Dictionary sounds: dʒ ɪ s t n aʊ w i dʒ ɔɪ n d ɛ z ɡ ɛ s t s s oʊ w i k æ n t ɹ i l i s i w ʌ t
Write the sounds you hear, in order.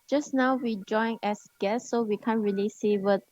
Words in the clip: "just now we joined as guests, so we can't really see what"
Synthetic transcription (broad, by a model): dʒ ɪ s n aʊ w i dʒ ɔɪ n ɛ s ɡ ɛ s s s oʊ w i k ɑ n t ɹ i l i s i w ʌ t